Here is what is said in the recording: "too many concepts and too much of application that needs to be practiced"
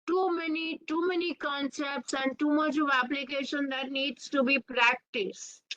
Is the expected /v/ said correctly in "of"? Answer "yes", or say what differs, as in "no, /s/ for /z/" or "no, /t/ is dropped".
yes